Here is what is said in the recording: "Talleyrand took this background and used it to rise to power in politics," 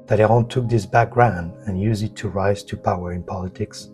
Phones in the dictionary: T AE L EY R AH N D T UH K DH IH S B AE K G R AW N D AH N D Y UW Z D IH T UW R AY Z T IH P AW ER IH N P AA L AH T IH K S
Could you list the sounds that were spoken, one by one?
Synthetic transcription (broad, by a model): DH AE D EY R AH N T UH K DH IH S B AE K G R AW N D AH N Y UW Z IH T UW R AY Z T IH P AW ER IH N P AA L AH T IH K S